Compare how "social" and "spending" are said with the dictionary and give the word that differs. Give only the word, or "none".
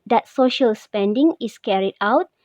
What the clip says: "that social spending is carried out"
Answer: none